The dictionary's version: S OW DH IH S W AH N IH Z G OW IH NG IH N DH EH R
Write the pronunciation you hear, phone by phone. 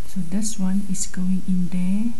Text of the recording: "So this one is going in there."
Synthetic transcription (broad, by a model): S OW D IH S W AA N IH S G OW IH NG IH N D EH